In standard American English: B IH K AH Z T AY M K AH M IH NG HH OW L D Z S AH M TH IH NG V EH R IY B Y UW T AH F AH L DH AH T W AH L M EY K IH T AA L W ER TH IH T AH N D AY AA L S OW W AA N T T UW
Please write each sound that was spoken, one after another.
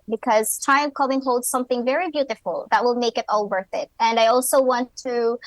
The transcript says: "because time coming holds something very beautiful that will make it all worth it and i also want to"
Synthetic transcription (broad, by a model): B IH K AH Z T AY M K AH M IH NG HH OW L D Z S AH M TH IH NG V EH R IY B Y UW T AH F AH L DH AH T W AH L M EY K IH T AA L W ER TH IH T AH N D AY AA L S OW W AA N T T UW